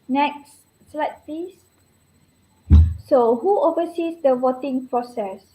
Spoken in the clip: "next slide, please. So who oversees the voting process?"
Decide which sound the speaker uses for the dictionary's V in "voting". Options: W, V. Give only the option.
W